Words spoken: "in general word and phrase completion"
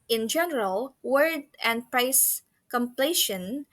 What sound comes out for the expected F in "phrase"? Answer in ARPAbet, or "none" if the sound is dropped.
P